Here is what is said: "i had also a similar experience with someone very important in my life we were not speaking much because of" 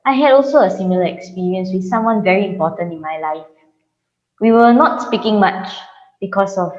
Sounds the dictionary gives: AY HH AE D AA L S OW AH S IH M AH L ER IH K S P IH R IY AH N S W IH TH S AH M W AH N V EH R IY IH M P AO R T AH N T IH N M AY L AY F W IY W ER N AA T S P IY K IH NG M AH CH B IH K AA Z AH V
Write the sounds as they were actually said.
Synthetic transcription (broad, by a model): AY HH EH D AA L S OW AH S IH M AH L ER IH K S P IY R IY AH N S W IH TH S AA M W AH N V EH R IY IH M P AO T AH N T IH N M AY L AY F W IY W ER N AA T S P IY K IH NG M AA CH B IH K AA S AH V